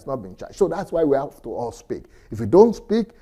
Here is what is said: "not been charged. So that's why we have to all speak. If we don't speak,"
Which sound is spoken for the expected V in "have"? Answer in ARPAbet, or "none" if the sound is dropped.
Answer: F